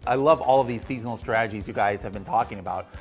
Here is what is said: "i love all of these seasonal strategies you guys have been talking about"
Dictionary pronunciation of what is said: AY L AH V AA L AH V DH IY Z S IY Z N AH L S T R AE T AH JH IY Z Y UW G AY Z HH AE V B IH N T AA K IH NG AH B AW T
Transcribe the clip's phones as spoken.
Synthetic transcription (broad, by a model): AY L AH V AA L AH V DH IY Z S IY Z N L S T R AE T AH JH IY Z Y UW G AY Z HH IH V B IH N T AA K IH NG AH B AW T